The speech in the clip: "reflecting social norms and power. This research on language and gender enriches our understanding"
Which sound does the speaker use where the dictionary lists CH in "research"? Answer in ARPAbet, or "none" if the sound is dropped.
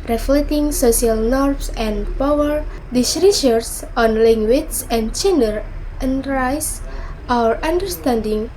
S